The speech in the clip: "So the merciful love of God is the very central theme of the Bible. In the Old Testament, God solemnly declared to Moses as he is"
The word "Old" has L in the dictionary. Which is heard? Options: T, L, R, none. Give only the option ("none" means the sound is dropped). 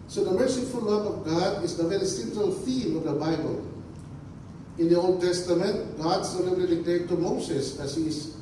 L